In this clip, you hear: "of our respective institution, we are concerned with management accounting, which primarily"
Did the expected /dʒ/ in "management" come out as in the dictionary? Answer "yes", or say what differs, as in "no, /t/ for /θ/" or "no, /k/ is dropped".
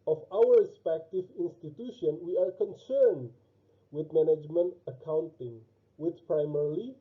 yes